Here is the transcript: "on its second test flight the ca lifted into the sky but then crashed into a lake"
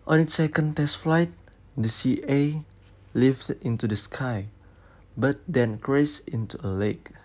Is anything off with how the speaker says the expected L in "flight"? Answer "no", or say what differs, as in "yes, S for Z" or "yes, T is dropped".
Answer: no